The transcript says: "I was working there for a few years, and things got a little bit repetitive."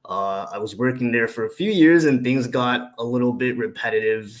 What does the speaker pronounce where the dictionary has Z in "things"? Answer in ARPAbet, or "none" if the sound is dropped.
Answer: Z